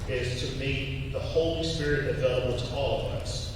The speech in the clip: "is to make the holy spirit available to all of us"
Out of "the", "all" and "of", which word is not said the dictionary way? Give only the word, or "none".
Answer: none